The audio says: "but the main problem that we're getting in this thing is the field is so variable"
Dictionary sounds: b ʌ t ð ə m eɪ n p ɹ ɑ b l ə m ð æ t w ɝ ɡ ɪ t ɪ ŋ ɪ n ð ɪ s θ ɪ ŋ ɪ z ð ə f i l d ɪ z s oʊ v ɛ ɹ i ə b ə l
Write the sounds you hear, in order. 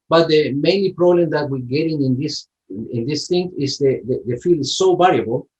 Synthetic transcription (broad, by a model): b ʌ t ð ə m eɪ n p ɹ ɑ b l ə m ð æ t w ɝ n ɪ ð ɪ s ɪ n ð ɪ s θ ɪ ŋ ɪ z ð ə f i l ɪ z s oʊ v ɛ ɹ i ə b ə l